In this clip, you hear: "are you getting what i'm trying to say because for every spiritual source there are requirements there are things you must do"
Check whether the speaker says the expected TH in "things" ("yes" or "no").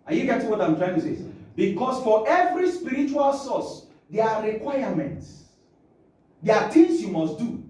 no